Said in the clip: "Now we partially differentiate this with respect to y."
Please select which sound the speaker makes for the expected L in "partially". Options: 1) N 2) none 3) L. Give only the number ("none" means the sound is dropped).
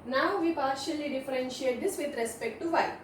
3